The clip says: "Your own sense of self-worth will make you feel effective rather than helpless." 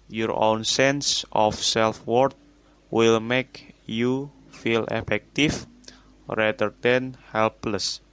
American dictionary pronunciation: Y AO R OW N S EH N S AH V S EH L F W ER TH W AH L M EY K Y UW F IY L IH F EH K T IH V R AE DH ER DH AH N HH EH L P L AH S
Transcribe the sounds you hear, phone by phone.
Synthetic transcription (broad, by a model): Y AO R OW N S EH N S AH F S EH L F W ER T W AH L M EY K Y UW F IY L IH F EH K T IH F R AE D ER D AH N HH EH L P L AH S